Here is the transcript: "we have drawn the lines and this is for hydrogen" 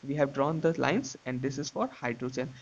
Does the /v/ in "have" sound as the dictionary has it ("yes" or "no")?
yes